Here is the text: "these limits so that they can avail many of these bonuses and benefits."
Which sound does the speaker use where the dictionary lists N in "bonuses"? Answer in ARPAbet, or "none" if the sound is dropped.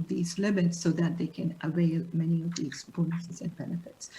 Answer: none